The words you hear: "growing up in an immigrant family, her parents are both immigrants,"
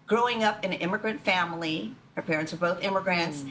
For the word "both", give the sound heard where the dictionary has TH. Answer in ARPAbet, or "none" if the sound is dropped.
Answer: TH